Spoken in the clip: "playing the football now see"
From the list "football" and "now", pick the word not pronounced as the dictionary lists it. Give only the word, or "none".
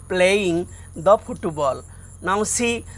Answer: football